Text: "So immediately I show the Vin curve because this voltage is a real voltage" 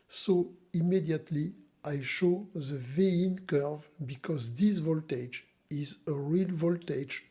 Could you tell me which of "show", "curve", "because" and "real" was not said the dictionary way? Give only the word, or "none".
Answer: none